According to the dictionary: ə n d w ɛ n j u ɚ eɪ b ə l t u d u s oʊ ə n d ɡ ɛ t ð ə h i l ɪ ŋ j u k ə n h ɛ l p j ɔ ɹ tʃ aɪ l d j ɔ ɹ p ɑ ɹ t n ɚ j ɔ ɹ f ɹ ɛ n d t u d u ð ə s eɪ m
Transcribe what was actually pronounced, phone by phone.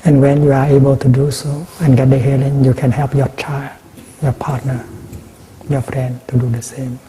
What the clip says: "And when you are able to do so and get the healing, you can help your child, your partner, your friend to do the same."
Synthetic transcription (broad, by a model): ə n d w ɛ n j u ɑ eɪ b ə l t u d u s oʊ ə n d ɡ ɛ t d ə h i l ɪ ŋ j u k ə n h ɛ l p j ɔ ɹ tʃ aɪ l d j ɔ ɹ p ɑ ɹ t n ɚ j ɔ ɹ f ɹ ɛ n d t u d u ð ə s eɪ m